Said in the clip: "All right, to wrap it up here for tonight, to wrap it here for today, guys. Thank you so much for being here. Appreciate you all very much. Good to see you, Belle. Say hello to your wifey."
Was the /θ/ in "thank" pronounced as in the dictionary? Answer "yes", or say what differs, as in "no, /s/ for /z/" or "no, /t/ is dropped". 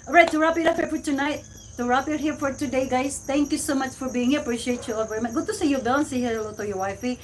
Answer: no, /t/ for /θ/